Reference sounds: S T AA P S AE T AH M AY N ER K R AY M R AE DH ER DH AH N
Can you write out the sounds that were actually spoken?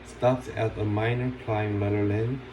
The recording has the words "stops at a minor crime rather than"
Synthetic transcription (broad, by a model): S T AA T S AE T AH M AY N ER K L AY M L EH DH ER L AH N